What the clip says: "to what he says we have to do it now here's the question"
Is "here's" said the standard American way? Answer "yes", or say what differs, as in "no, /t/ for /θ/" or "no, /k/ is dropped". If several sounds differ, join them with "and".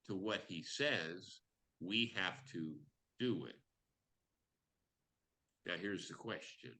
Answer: yes